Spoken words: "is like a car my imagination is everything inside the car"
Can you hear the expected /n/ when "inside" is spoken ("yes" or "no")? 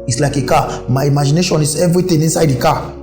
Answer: yes